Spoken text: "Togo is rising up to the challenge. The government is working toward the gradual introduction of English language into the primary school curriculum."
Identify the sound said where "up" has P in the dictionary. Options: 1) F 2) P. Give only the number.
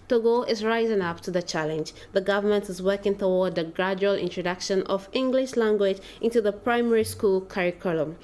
2